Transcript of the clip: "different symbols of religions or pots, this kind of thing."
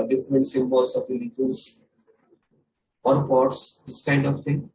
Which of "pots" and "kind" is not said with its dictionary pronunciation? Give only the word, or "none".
none